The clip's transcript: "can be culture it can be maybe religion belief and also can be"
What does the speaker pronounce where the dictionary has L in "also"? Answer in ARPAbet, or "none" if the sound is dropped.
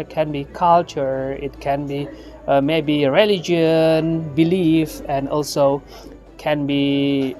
L